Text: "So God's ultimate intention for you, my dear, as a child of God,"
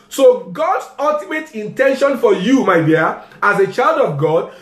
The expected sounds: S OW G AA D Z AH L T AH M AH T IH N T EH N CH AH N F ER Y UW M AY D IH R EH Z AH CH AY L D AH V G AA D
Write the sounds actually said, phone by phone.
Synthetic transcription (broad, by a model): S OW G AA D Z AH L T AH M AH T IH N T EH N SH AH N F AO Y UW M AY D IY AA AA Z AH CH AY L D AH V G AA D